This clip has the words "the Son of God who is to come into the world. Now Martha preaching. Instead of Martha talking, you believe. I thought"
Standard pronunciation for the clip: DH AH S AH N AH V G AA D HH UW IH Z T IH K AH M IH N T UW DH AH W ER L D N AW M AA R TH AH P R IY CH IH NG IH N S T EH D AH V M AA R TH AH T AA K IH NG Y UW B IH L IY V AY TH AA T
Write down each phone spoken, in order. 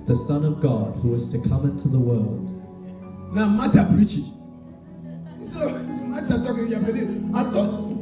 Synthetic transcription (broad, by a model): DH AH S AH N AH V G AA D HH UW IH Z T IH K AH M IH N T UW DH AH W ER L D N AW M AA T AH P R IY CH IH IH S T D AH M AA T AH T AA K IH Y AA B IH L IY AY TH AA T